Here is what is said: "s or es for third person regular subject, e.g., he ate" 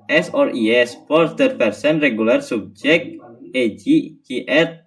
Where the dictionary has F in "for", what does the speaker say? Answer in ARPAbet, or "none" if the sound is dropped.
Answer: P